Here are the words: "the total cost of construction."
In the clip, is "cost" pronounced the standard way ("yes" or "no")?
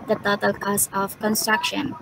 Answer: no